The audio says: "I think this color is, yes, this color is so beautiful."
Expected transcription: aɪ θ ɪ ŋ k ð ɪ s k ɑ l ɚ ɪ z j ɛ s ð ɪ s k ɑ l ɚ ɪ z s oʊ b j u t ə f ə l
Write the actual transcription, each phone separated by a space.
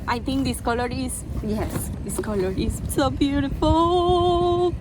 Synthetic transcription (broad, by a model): aɪ t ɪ ŋ k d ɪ s k ɑ l ɚ ɪ z j ɛ s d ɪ s k ɑ l ɚ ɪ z s oʊ b j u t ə f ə l